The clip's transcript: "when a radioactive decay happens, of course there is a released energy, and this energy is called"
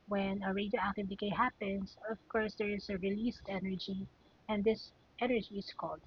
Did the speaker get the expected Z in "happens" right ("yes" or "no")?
no